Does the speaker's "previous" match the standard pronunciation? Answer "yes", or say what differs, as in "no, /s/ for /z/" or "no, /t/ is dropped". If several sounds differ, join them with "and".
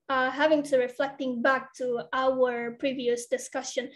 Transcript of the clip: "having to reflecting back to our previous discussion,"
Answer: yes